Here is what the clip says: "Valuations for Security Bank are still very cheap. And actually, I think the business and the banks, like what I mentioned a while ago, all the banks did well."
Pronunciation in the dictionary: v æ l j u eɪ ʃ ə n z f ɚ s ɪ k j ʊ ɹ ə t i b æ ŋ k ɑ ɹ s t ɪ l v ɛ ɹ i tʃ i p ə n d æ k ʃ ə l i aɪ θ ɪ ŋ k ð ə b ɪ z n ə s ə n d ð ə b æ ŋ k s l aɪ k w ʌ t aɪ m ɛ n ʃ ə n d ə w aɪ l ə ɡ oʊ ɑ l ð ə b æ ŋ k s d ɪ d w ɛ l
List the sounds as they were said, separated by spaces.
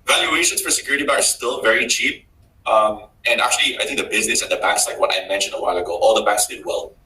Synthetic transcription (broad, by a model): v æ l j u eɪ ʃ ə n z f ɚ s ɪ k j ʊ ɹ ə t i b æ k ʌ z s t ɪ l v ɛ ɹ i tʃ i p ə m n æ k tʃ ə l i aɪ θ ɪ ŋ k ð ə b ɪ z n ə s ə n ð ə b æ k s l aɪ k w ʌ t aɪ m ɛ n ʃ ə n d ə w aɪ l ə ɡ oʊ ɑ l ð ə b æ k s d ɪ d w ɛ l